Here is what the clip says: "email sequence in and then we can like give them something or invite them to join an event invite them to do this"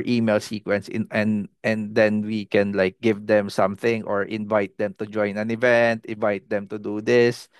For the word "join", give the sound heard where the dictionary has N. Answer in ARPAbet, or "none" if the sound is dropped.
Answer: N